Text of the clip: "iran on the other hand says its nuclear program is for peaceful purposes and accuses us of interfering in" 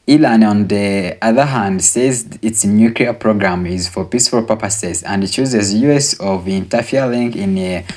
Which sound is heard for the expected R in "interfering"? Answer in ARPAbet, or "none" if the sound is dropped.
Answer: L